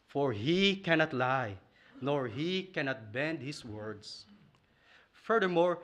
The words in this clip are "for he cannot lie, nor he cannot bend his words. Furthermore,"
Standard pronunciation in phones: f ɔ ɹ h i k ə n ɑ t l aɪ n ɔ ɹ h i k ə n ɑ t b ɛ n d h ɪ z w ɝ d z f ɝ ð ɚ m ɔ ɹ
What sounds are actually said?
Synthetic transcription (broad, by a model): f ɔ ɹ h i k ə n ɑ t l aɪ n ɔ ɹ h i k ə n ɑ t b ɛ n d h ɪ s w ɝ d s f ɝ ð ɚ m ɔ ɹ